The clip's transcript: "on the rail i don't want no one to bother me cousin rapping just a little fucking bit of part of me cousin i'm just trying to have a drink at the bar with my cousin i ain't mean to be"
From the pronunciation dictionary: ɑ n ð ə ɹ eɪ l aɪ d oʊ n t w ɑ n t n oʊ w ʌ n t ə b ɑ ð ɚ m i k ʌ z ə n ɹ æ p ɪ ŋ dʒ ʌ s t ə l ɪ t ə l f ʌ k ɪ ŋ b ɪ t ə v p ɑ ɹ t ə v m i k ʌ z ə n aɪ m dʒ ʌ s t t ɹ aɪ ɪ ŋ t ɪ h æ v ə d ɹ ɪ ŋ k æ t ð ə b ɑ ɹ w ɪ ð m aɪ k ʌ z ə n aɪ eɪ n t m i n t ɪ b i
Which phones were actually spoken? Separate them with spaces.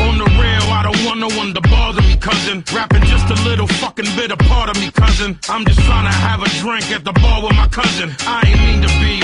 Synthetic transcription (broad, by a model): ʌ n ð ə ɹ eɪ l aɪ d oʊ n t w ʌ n n oʊ w ʌ n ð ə b ɑ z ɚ m i k ʌ z ə n ɹ æ p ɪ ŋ dʒ ʌ s t ə l ɪ t l f ʌ k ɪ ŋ b ɪ t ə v p ɑ ɹ t ə v m i k ʌ z ə n aɪ m dʒ ʌ s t t ɹ aɪ ɪ ŋ t ɪ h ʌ v ə d ɹ ɪ ŋ k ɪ t ð ə b ɑ l w ɪ ð m aɪ k ʌ z ə n aɪ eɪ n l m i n t ɪ b i